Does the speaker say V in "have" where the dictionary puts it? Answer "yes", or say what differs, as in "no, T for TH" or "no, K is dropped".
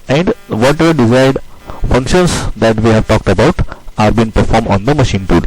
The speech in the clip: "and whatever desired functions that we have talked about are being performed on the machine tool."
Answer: yes